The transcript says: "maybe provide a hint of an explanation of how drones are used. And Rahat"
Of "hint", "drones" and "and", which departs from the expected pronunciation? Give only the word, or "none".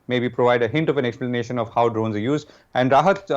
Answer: none